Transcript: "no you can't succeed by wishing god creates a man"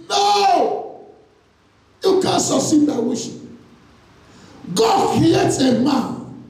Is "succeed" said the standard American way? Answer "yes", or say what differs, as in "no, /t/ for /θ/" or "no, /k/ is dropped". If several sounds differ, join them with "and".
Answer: no, /k/ is dropped